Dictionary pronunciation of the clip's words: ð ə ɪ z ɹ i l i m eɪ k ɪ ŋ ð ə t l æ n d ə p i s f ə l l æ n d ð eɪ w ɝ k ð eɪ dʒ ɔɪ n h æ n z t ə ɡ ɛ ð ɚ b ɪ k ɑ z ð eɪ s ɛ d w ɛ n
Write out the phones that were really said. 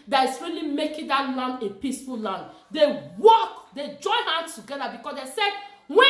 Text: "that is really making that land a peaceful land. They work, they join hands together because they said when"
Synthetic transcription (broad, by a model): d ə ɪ s ɹ i l i m eɪ k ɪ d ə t l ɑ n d ə p i s f ə l l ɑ n d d eɪ w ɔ k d eɪ dʒ ɔɪ n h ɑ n s t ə ɡ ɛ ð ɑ b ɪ k ɑ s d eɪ s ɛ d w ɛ